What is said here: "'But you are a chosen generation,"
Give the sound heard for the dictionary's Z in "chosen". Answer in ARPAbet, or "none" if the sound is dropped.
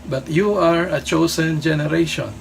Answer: S